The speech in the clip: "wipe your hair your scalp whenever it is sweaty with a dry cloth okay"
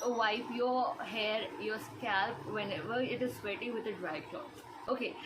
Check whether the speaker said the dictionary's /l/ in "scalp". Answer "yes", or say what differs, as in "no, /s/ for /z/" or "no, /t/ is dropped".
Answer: yes